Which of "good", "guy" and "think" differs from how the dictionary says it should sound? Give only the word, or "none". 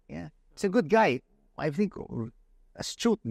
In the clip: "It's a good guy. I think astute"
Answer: none